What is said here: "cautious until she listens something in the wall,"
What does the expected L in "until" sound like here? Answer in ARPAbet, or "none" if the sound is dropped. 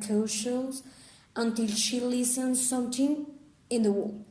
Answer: L